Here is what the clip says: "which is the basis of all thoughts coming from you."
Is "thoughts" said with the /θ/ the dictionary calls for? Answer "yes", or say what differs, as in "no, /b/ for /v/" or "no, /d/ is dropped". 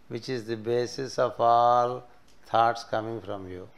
no, /t/ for /θ/